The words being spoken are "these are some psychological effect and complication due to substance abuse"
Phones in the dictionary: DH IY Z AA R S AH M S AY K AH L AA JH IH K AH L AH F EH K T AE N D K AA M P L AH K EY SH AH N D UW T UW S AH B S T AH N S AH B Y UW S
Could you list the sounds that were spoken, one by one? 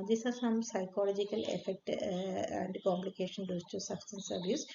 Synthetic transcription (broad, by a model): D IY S AA R S AH M S AY K AH L AA JH IH K AH L AH F EH K T AE N D K AA M P L AH K EY SH AH N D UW T UW S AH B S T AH N S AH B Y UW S